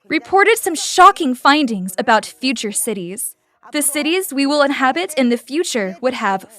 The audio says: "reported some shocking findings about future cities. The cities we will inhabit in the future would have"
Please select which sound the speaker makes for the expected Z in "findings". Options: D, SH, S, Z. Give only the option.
Z